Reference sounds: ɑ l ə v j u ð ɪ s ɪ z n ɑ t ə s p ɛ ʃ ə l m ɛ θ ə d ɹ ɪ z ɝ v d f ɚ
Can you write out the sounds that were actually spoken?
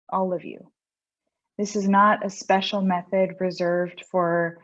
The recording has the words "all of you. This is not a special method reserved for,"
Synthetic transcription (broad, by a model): ɑ l ə v j u ð ɪ s ɪ z n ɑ t ə s p ɛ ʃ l m ɛ θ ə d ɹ ɪ z ɝ v d f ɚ